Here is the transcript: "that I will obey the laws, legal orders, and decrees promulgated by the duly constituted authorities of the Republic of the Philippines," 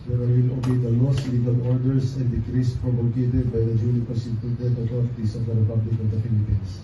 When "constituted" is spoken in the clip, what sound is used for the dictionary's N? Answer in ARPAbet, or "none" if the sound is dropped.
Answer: none